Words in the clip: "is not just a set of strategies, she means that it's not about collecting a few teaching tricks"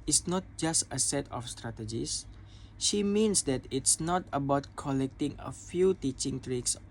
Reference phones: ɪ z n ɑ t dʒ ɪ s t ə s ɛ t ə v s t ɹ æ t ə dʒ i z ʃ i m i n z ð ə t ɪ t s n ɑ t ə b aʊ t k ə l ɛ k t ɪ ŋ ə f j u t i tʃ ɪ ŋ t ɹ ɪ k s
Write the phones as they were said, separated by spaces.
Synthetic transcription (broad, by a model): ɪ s n ɑ t dʒ ɪ s t ə s ɛ t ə f s t ɹ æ t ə dʒ i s ʃ i m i n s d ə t ɪ t s n ɑ t ə b aʊ t k ə l ɛ k t ɪ ŋ ə f j u t i tʃ ɪ ŋ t ɹ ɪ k s